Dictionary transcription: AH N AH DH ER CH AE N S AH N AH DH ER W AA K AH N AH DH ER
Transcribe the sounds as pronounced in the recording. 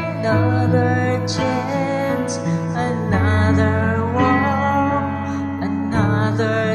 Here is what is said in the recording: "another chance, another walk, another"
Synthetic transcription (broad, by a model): N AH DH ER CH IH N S AH N AH DH ER W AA AH N AH DH ER